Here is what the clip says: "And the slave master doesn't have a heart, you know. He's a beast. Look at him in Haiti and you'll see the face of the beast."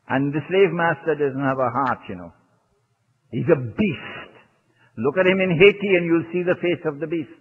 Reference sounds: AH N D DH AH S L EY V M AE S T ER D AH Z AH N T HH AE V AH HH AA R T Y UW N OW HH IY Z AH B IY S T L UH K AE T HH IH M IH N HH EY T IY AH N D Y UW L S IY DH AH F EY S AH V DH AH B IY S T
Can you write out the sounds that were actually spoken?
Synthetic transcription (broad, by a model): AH N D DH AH S L EY V M AE S T ER D AH Z AH N T HH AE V AH HH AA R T Y UW N OW HH IY Z AH B IY S T L UH K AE T HH IH M IH N HH EY T IY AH N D Y UW L S IY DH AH F EY S AH V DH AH B IY S T